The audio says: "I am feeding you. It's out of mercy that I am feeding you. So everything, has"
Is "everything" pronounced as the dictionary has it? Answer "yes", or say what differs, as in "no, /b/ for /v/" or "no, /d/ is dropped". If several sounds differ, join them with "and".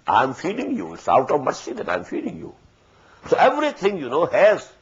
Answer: no, /t/ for /θ/